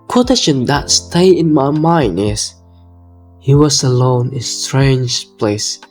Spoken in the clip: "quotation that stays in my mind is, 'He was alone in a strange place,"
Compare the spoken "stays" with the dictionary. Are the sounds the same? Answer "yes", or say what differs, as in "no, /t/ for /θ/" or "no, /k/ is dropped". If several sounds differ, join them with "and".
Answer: no, /z/ is dropped